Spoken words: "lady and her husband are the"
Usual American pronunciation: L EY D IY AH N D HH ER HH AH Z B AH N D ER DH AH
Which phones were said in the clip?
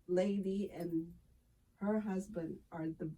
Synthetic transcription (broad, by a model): L EY D IY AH N HH ER HH AH Z B AH N D ER DH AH